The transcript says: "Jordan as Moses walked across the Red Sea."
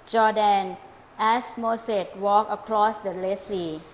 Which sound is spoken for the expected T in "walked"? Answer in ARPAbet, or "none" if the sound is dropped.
none